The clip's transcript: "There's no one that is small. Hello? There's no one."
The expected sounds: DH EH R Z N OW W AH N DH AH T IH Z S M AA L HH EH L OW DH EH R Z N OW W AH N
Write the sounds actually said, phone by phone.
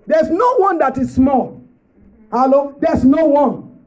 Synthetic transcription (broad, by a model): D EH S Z N OW W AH N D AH T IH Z S M AA L HH EH L OW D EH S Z N OW W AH N